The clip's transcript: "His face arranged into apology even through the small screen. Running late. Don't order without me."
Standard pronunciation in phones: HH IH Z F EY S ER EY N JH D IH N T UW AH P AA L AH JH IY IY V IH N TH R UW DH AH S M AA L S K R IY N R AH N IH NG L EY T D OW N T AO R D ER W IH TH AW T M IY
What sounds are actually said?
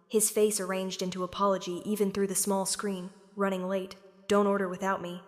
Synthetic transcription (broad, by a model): HH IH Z F EY S ER EY N JH D IH N T UW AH P AA L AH JH IY IY V IH N TH R UW DH AH S M AA L S K R IY N R AH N IH NG L EY T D OW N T AO R D ER W IH TH AW T M IY